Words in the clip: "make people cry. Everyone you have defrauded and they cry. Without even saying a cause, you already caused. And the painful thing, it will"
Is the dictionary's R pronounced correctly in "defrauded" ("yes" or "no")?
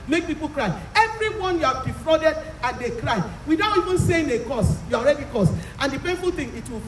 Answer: yes